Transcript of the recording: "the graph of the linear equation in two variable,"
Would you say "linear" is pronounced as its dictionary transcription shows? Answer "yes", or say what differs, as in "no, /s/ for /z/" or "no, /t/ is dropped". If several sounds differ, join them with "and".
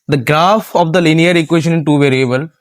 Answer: yes